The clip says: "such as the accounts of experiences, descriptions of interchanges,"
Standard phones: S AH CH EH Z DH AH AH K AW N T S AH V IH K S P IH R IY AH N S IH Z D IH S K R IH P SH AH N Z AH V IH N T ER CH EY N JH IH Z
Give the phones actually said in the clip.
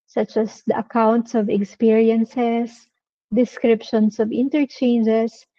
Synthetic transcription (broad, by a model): S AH CH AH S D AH AH K AW N T S AH V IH K S P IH R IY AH N S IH S D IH S K R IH P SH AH N S AH V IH N T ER CH EY N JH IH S